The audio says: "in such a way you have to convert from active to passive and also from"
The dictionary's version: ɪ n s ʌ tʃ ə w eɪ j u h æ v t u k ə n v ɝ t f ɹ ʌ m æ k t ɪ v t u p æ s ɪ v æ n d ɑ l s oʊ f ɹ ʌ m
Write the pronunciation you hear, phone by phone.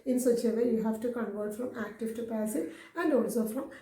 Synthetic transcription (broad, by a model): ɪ n s ʌ tʃ ə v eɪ j u h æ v t u k ə n v ɝ t f ɹ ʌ m æ k t ɪ v t u p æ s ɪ æ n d ɑ l s oʊ f ɹ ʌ m